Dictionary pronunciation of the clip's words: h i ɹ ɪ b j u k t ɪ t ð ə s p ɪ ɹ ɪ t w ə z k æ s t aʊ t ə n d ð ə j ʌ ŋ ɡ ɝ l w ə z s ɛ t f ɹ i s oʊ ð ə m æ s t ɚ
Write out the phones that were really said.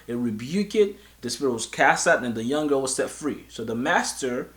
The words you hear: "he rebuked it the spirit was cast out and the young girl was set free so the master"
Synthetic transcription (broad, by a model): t ɹ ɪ b j u k ɪ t ð ə s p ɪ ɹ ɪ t w ə z k æ s t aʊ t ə n ð ə j ʌ ŋ ɡ ɝ l w ə z s ɛ t f ɹ i s oʊ ð ə m æ s t ɚ